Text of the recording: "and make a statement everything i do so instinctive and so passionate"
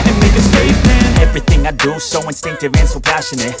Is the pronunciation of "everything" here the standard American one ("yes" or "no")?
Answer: yes